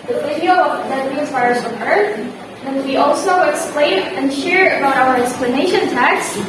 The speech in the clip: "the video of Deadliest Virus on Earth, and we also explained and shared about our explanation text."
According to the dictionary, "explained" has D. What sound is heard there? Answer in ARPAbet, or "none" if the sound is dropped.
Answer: none